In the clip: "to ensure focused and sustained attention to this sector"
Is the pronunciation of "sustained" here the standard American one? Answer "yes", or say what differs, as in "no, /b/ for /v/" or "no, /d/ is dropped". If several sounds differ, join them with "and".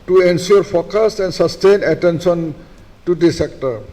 no, /d/ is dropped